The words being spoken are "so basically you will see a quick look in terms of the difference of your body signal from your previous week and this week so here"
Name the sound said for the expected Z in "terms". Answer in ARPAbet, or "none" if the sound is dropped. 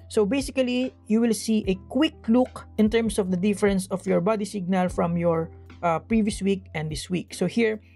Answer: S